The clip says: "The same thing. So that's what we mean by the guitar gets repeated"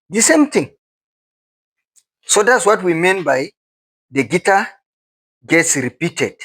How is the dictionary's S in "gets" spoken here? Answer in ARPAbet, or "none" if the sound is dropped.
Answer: S